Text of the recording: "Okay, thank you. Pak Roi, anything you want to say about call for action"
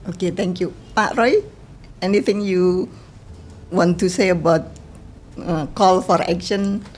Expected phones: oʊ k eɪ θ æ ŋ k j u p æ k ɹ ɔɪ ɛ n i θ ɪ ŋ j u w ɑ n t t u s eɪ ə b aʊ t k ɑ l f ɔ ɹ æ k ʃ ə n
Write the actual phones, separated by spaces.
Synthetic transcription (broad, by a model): oʊ k eɪ t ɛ ŋ k j u p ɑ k ɹ ɔɪ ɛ n i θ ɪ ŋ j u w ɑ n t t u s eɪ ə b aʊ t k ɑ l f ɔ ɹ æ k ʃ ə n